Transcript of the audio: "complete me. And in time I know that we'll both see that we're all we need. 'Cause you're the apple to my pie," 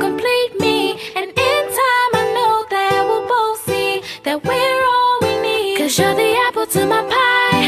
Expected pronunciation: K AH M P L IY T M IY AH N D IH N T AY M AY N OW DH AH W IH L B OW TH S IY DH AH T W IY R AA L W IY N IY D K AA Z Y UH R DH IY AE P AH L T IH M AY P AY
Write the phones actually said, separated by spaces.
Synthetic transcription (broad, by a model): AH M P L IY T M IY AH N IH N T AY M AY N OW DH AH W IH L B OW S IY DH AH T W IY R AA L W IY N IY D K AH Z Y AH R DH IY AE P AH L T IH M AY P AY